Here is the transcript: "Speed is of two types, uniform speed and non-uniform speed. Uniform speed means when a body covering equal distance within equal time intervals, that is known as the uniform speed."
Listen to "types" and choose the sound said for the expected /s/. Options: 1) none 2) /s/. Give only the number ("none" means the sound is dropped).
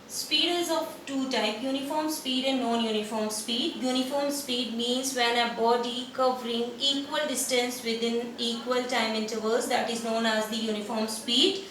1